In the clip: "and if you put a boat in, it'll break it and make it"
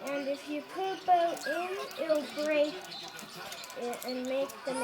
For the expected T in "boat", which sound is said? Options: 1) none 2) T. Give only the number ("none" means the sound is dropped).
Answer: 1